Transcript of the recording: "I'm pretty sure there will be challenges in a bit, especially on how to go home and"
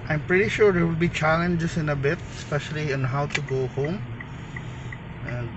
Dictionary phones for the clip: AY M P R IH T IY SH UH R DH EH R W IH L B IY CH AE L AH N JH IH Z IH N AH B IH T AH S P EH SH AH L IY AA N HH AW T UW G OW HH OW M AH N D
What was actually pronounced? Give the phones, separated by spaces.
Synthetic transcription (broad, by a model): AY M P R IH T IY SH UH R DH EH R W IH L B IY CH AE L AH N JH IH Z IH N AH B IH T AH S P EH SH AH L IY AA N HH AW T UW G OW HH OW M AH N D